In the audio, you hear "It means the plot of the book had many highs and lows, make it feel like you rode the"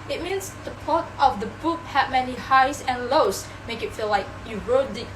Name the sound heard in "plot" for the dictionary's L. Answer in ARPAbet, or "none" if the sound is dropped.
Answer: none